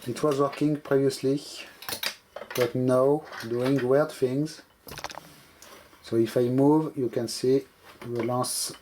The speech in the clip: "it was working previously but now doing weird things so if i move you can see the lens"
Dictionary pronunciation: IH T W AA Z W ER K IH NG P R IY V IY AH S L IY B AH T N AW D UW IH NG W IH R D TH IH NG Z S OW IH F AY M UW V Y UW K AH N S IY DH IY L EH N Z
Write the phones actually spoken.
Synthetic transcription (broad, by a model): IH T W AA Z W ER K IH NG P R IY V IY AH S L IY B AH T N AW D UW IH NG W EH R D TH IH NG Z S OW IH F AY M UW V Y UW K AH N S IY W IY L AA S